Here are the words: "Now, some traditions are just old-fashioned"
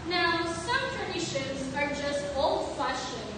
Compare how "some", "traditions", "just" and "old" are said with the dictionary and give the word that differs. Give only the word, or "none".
none